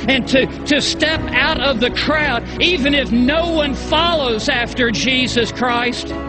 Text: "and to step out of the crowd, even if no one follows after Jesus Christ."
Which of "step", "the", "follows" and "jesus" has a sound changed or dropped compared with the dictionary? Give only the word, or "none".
none